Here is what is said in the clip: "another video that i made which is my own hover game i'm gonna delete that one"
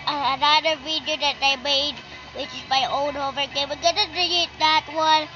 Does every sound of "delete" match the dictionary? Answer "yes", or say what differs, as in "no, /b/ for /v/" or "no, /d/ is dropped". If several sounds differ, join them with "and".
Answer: no, /l/ is dropped